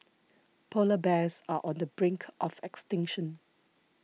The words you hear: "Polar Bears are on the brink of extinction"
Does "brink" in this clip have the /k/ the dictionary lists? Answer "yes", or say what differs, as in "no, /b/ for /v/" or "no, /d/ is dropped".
yes